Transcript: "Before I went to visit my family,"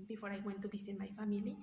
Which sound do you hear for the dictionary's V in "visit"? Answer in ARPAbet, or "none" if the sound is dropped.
B